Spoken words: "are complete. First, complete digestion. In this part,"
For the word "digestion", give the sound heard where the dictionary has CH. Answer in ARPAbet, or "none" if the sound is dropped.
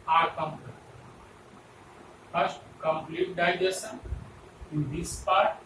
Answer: none